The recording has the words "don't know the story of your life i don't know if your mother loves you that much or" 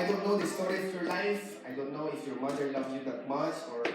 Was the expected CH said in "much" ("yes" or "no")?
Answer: no